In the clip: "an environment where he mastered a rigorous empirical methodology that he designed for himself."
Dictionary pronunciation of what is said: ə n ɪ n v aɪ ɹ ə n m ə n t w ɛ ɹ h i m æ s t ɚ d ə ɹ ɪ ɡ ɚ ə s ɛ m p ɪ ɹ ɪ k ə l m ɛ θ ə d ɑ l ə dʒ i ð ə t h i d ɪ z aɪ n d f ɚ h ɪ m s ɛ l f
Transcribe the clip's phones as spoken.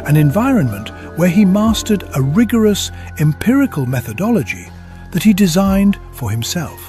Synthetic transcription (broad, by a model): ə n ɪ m v aɪ ɹ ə n m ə n t w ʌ ɹ i m æ s t ɚ d ə ɹ ɪ ɡ ɚ ə s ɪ m p ɪ ɹ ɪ k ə l m ɛ θ ə d ɑ l ə dʒ i ð ə t h i d ɪ z aɪ n d f ɚ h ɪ m s ɛ l f